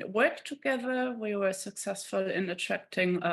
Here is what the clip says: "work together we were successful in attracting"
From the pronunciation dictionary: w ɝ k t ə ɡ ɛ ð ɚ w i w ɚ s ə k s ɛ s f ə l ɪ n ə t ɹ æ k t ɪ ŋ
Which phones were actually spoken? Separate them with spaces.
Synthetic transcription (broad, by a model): w ɝ k t ə ɡ ɛ ð ɚ w i w ɚ s ə k s ɛ s f ə l ɪ n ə t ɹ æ k t ɪ ŋ